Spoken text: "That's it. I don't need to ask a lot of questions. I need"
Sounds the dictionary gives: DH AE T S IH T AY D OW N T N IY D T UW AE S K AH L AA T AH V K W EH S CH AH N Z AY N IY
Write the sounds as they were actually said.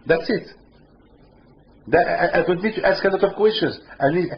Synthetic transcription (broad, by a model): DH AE T S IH T AY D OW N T N IY D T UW AE S K AH L AA T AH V K W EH S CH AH N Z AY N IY